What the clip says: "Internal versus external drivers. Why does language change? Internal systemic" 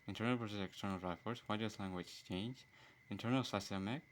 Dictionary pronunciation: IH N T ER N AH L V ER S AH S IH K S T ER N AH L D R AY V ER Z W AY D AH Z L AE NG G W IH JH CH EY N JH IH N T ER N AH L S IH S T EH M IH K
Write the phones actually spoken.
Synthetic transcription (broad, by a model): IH N T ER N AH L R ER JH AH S IH K S T ER N AH L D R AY F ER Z W AY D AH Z L AE NG G W IH JH CH EY N JH IH N T ER N AH L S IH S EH M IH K